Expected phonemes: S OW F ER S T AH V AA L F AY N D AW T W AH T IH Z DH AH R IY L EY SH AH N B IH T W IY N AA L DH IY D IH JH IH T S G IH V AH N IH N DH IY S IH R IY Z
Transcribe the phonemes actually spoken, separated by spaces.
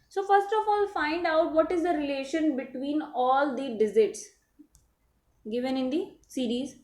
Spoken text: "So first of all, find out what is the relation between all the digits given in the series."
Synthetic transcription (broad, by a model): S OW F ER S T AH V AA L F AY N D AW T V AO T IH Z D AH R IY L EY SH AH N B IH T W IY N AA L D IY D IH Z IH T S G IH V AH N IH N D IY S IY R IY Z